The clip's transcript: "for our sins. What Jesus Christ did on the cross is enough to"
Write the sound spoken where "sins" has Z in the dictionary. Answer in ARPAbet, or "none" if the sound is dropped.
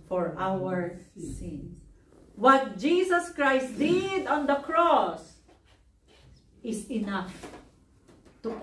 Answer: none